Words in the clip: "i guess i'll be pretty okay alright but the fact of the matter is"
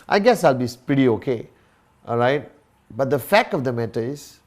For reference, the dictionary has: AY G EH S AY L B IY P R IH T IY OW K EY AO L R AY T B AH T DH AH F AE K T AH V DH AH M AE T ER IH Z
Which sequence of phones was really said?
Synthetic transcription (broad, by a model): AY G EH S AY L B IY P R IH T IY OW K EY AO L R AY T B AH T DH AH F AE K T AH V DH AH M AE T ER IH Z